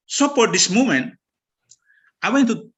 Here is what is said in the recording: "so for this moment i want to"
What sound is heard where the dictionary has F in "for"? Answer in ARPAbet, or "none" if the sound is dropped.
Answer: P